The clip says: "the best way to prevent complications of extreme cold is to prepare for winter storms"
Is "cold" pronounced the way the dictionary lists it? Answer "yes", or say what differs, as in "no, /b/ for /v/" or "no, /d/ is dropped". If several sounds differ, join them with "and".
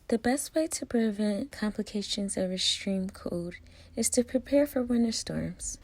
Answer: no, /l/ is dropped